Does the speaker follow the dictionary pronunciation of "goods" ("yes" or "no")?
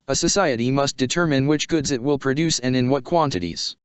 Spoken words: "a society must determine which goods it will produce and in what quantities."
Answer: yes